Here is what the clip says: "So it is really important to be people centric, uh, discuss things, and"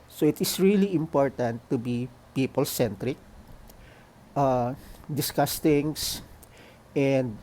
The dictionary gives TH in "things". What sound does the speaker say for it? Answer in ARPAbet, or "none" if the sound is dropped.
T